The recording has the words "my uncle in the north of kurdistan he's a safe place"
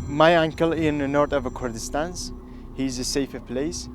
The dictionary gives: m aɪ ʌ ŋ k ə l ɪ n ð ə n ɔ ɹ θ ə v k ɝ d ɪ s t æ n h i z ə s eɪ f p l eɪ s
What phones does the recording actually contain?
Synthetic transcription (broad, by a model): m aɪ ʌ ŋ k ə l ɪ n ð ə n ɔ ɹ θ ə v k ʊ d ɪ s t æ n h i z ə s eɪ f p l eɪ s